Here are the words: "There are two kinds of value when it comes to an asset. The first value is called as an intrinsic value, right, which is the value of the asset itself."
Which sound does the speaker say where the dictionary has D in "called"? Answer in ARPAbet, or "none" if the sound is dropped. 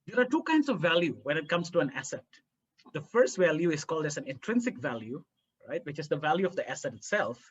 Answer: D